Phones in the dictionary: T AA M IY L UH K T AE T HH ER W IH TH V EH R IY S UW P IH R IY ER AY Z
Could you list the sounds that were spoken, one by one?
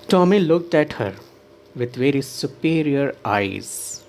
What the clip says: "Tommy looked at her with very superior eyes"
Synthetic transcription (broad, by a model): T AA M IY L UH K T AE T HH ER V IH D V EH R IY S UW P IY R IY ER AY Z